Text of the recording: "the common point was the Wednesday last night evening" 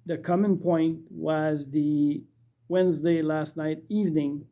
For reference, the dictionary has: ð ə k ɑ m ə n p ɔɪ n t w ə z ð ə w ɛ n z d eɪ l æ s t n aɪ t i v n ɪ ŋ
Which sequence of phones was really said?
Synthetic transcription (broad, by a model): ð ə k ɑ m ə n p ɔɪ n t w ə z ð ə w ɛ n z d eɪ l æ s t n aɪ t i v n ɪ ŋ